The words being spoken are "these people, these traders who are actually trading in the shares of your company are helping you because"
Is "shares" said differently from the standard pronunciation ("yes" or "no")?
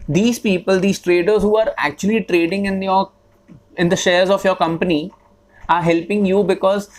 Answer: no